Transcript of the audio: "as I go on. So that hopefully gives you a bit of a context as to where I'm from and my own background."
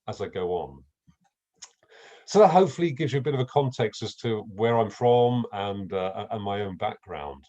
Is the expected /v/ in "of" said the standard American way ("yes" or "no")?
yes